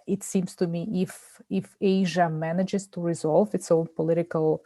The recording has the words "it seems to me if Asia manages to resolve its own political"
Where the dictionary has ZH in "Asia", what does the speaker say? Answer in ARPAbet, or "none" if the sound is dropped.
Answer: ZH